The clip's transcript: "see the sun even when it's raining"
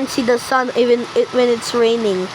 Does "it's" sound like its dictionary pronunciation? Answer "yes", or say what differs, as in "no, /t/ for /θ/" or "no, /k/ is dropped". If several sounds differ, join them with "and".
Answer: yes